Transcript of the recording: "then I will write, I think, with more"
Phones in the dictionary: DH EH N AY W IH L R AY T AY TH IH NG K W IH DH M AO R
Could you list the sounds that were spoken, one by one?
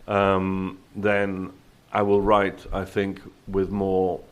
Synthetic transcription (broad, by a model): DH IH N AY W IH L R AY T AY TH IH NG K W IH DH M AO R